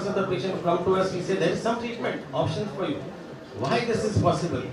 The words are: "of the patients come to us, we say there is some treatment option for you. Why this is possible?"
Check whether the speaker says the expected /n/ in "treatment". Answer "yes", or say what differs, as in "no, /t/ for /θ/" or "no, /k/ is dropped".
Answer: yes